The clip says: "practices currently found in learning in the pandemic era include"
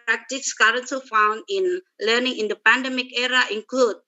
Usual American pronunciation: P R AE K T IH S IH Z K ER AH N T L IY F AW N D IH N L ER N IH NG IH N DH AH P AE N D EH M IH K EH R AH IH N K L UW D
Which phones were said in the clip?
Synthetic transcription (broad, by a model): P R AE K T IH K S K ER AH N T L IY F AW N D IH N L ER N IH NG IH N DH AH P AE N D EH M IH K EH R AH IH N K L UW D